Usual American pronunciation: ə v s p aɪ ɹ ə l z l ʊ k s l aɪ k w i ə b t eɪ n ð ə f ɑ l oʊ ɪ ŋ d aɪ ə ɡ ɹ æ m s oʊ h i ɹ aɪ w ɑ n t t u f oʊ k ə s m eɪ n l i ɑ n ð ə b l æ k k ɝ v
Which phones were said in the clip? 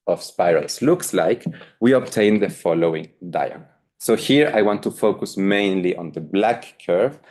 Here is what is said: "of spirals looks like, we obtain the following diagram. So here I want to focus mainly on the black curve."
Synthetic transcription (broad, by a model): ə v s p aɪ ɹ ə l s l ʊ k s l aɪ k w i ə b t eɪ n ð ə f ɑ l oʊ ɪ ŋ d aɪ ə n s oʊ h i ɹ aɪ w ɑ n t t u f oʊ k ə s m eɪ n l i ɑ n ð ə b l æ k k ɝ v